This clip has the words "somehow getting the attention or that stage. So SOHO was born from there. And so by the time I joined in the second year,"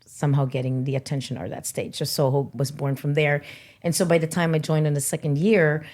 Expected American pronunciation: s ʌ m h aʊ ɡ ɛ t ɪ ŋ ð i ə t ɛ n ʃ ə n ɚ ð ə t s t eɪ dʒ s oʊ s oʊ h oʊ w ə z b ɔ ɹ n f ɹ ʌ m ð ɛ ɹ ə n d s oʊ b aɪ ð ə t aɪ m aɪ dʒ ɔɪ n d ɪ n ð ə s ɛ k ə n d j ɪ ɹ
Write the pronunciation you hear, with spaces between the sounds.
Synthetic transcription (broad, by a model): s ʌ m h aʊ ɡ ɛ t ɪ ŋ ð i ə t ɛ n ʃ ə n ɚ ð ə t s t eɪ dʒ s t s oʊ h oʊ w ə z b ɔ ɹ n f ɹ ʌ m ð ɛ ɹ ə n s oʊ b aɪ ð ə t aɪ m aɪ dʒ ɔɪ n d ɪ n ð ə s ɛ k ə n d j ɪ ɹ